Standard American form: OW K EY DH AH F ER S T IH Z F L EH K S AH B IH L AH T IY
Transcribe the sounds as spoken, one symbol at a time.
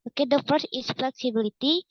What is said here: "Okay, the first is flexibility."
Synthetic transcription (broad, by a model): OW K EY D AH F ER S IH S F L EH K S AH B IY L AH T IY